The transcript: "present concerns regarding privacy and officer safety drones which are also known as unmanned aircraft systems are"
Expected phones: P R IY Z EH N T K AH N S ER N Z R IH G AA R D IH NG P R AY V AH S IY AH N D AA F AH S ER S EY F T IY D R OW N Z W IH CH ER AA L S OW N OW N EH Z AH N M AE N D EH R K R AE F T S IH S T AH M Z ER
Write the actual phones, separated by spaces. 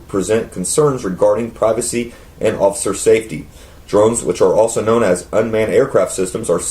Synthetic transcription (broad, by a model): P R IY Z EH N K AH N S ER N Z R IH G AA R D IH NG P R AY V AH S IY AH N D AA F AH S ER S EY F T IY D R OW N Z W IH CH ER AA L S OW N OW N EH Z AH N M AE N EH R K R AE F T S IH S T AH M Z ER